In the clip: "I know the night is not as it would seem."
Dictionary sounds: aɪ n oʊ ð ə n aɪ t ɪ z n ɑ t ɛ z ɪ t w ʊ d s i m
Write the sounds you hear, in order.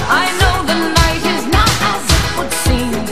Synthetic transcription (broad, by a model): aɪ n oʊ ð ə n aɪ t ɪ z n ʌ t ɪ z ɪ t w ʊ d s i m